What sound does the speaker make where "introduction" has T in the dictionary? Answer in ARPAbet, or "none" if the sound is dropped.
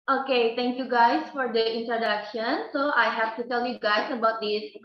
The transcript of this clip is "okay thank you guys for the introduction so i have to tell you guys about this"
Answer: T